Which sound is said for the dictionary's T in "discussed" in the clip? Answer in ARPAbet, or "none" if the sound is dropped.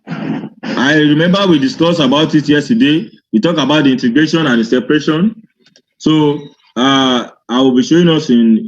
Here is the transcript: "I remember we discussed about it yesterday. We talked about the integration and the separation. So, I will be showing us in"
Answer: none